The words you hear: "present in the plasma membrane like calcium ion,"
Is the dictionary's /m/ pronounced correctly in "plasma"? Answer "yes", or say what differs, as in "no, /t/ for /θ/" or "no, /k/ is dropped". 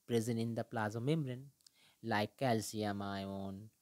no, /m/ is dropped